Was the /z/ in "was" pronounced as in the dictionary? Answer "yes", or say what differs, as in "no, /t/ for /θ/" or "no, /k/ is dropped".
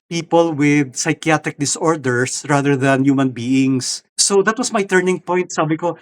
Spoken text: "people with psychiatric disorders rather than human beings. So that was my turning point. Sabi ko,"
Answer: no, /s/ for /z/